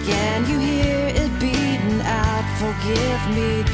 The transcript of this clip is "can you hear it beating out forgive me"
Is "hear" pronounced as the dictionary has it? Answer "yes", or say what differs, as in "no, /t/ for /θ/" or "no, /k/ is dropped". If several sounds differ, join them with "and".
yes